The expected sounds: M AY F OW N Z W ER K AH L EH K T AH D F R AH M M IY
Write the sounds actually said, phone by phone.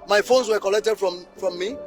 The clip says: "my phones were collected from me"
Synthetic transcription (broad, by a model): M AY F OW N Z W ER K AH L EH K T AH D F R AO M M IY